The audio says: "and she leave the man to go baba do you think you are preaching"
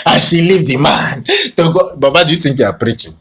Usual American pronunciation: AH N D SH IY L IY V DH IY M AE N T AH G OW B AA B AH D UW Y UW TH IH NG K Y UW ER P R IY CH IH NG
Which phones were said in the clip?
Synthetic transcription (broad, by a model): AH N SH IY L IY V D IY M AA N T AH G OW B AA B AH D Y UW T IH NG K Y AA P R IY CH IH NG